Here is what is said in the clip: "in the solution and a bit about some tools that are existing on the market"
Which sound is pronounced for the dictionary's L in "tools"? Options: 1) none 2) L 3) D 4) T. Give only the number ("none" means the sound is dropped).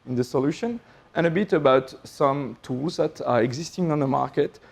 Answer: 2